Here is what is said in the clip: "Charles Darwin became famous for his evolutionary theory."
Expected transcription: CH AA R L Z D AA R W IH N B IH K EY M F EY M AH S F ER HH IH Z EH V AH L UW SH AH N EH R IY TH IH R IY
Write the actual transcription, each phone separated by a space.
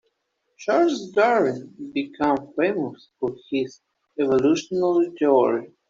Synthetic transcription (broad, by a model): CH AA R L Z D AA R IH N B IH K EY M F EY M AH S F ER HH IH Z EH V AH L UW SH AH N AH L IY T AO R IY